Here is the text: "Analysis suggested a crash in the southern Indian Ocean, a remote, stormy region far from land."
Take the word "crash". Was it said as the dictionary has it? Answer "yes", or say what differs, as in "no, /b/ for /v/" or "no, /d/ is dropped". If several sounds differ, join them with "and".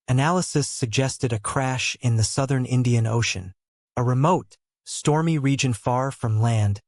yes